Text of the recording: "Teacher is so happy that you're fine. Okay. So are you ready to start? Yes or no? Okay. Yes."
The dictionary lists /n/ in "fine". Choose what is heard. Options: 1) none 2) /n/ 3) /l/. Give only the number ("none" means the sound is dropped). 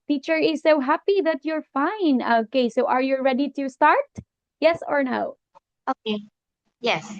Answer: 2